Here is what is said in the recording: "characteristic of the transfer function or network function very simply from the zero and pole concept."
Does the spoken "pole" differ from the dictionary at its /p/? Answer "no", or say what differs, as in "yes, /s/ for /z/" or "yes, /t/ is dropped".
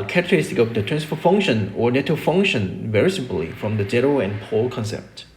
no